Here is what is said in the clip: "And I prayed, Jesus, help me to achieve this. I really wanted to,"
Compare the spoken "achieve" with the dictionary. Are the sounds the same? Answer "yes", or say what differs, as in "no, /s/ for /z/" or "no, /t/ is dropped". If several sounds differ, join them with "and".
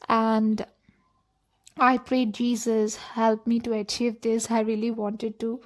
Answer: yes